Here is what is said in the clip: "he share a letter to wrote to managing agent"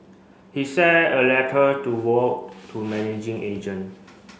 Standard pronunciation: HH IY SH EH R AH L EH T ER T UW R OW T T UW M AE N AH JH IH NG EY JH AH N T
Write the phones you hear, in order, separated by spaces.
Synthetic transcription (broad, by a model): HH IY S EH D AH L EH T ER T UW W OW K T UW M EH N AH JH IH NG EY JH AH N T